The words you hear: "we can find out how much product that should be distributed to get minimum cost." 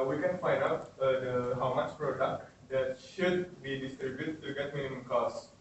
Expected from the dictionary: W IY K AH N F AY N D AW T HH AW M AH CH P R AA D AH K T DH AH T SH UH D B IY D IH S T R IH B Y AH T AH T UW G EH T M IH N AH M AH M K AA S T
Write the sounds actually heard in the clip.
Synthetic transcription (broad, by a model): W IY K AH N F AY N D AW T HH AW M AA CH P R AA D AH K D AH T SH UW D B IY D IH S T R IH B Y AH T T UW G EH T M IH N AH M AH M K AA S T